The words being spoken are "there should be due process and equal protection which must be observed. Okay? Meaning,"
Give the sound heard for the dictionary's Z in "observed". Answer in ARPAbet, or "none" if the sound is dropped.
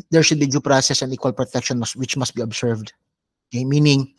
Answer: S